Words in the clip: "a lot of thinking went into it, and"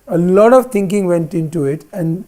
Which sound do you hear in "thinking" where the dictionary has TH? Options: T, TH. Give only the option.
T